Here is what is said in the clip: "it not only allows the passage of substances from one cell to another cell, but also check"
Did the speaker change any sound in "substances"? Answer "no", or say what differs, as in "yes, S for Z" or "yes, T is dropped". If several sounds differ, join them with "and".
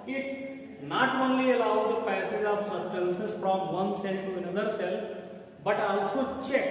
yes, B is dropped